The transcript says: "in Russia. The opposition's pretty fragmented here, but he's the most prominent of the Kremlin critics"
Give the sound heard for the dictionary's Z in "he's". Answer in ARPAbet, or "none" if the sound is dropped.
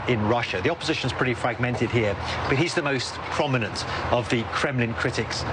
Z